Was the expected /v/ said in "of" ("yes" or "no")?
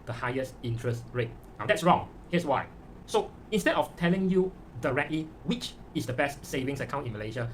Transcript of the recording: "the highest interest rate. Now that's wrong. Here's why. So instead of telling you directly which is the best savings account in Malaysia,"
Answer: no